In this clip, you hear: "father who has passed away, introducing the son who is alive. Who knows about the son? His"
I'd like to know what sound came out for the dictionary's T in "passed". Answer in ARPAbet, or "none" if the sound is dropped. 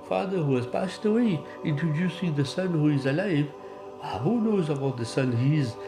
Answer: T